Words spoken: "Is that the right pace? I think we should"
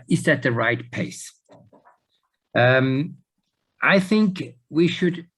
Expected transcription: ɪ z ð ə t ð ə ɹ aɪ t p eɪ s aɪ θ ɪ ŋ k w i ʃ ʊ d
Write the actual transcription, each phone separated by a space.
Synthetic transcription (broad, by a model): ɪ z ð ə t ð ə ɹ aɪ t p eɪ s aɪ θ ɪ ŋ k w i ʃ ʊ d